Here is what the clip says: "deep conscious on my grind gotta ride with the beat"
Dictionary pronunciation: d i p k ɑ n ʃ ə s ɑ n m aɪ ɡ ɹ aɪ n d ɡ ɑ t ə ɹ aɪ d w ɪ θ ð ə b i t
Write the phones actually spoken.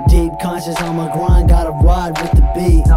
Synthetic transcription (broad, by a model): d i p k ɑ n ʃ ə s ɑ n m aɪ ɡ ɹ aɪ n d ɑ t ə w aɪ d w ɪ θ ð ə b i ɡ